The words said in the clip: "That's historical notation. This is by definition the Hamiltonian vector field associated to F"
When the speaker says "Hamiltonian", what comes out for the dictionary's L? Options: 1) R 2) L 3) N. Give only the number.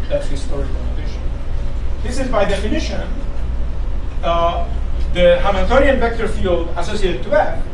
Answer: 3